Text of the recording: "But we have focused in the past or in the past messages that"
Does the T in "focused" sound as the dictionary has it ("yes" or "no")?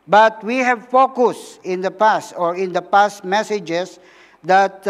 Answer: no